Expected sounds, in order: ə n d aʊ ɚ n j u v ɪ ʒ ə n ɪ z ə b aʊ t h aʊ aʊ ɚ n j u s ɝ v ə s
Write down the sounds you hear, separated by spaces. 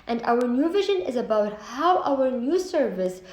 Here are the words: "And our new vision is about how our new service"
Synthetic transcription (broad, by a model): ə n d aʊ ɚ n j u v ɪ ʒ ə n ɪ z ə b aʊ t h aʊ aʊ ɚ n j u s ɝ v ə s